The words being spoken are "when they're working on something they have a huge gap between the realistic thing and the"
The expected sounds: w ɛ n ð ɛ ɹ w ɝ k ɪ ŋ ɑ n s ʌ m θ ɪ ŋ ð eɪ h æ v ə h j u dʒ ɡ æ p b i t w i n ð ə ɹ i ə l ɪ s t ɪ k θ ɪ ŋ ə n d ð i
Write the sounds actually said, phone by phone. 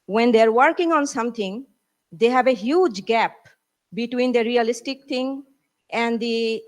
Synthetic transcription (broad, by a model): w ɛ n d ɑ ɹ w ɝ k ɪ ŋ ɑ n s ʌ m t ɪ ŋ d eɪ h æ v ə h j u dʒ ɡ æ p b i t w i n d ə ɹ i ə l ɪ s t ɪ k t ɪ ŋ ə n d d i